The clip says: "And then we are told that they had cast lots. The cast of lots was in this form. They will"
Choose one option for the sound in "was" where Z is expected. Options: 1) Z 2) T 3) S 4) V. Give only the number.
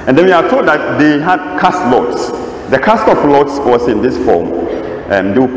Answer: 3